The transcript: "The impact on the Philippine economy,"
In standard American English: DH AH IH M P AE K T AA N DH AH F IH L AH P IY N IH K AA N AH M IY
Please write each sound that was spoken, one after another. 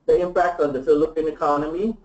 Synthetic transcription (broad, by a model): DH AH IH M P AE K T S N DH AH F IH L AH P IY N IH K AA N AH M IY